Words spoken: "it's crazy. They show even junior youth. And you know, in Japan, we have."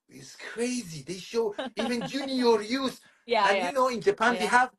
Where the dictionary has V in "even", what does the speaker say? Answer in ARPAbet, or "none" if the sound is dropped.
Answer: V